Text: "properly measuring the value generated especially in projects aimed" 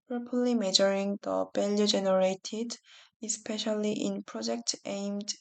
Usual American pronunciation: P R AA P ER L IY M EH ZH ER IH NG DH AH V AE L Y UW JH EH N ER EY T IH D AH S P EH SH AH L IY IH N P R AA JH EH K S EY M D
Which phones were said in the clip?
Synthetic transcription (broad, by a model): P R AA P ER L IY M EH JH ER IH NG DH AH B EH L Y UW JH EH N ER EY T IH D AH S P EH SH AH L IY IH N P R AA JH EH K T EY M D